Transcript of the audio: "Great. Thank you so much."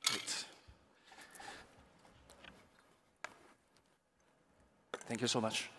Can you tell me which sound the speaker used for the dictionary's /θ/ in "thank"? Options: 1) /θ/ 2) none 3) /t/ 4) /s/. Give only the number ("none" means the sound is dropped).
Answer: 1